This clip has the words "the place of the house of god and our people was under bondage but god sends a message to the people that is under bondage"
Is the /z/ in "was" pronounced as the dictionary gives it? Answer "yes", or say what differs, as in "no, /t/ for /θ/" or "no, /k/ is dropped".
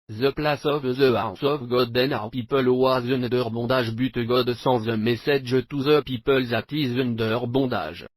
yes